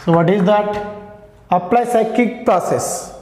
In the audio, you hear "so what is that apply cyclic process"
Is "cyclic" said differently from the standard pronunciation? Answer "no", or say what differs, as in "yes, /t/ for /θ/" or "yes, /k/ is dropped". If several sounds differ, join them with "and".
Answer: yes, /l/ is dropped